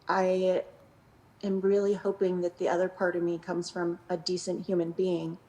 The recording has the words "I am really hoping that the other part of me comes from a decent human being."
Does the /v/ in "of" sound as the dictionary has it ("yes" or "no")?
yes